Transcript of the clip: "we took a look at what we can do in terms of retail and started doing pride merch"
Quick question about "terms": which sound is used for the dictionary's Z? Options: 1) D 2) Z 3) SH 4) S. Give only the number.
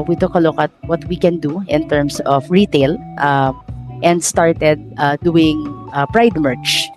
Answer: 4